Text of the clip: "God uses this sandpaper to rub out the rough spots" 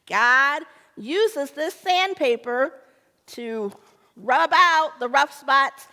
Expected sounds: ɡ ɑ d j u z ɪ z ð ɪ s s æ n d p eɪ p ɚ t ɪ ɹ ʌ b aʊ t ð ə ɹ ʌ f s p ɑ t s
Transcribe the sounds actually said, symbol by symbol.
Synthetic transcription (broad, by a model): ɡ ɑ d j u z ɪ z ð ɪ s s æ n p eɪ p ɚ t ɪ ɹ ʌ b aʊ t ð ə ɹ ʌ f s p ɑ t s